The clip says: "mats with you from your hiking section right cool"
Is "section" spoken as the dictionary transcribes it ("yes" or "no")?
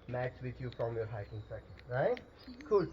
no